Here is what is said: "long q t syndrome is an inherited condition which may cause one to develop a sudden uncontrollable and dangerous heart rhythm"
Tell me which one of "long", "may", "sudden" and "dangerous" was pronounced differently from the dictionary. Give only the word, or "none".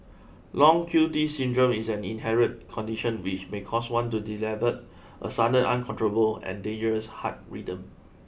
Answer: sudden